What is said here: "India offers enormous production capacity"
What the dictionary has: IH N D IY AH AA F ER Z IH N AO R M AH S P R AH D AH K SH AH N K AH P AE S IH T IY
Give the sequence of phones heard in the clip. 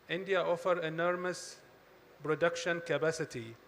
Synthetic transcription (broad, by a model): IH N D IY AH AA F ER IH N AO R M AH S P R AH D AH K SH AH N K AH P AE S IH T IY